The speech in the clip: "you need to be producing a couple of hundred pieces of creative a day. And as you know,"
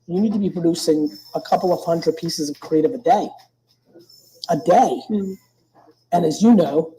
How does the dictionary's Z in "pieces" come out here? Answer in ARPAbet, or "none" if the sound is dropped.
Z